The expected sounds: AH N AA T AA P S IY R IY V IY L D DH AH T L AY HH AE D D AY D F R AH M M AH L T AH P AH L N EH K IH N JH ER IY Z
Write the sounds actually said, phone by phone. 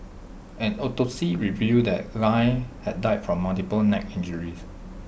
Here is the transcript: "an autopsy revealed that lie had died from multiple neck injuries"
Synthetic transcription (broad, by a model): AH N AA T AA S IY R IY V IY D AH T L AY HH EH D D AY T F R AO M M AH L T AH P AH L N EH K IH N JH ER IY S